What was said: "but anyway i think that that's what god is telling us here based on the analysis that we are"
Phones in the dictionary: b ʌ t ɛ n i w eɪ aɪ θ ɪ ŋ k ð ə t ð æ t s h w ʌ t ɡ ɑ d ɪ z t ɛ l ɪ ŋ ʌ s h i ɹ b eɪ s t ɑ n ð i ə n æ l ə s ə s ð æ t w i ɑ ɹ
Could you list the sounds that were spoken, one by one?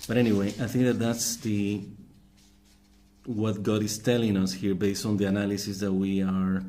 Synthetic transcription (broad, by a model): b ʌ t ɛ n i w eɪ aɪ θ ɪ ŋ k ð ə t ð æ t s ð w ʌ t ɡ ɑ d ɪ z t ɛ l ɪ ŋ ʌ s h i ɹ b eɪ s t ɑ n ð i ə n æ l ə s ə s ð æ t w i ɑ ɹ